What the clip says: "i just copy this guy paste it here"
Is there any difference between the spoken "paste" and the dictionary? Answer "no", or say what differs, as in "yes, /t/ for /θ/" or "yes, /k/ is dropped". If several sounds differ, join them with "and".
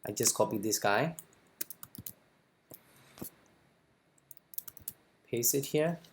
yes, /t/ is dropped